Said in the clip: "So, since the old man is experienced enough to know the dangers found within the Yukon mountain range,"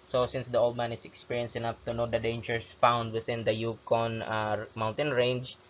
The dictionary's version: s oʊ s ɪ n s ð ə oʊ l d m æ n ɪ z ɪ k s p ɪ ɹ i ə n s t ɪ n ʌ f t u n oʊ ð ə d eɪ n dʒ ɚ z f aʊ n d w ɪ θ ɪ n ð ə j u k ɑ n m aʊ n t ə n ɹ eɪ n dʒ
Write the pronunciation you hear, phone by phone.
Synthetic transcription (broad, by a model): s oʊ s ɪ n s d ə oʊ l d m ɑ n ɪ s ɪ k s p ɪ ɹ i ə n s ɪ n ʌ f t u n oʊ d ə d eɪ n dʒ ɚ s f aʊ n d w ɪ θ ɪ n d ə j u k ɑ n m aʊ n t ə n ɹ eɪ n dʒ